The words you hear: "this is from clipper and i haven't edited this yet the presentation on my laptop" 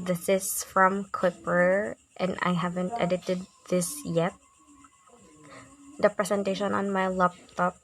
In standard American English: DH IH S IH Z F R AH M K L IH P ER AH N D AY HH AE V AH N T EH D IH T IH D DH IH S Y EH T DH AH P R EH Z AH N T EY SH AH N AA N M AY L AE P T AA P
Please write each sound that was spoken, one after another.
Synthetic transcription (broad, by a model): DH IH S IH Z F R AH M K W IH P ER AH N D AY HH AE V AH N T EH D IH T IH D DH IH S Y EH T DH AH P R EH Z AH N T EY SH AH N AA N M AY L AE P T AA P